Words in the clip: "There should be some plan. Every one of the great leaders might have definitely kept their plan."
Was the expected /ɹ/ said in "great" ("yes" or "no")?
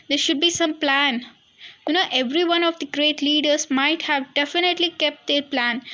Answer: yes